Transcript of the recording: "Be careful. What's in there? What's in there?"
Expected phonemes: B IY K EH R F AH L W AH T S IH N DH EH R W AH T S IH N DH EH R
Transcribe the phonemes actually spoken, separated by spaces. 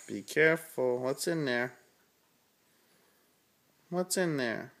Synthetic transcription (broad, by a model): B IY K EH R F AH L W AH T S IH N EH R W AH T IH N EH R